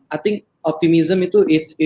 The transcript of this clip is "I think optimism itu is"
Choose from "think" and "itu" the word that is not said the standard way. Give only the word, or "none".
think